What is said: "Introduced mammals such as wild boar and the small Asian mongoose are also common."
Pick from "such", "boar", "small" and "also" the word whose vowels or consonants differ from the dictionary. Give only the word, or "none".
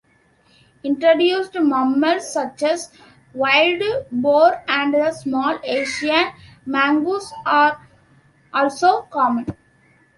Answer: none